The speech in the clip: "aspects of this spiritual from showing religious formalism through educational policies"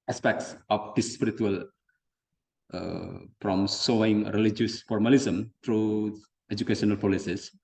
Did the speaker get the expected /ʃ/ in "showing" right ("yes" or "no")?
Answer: no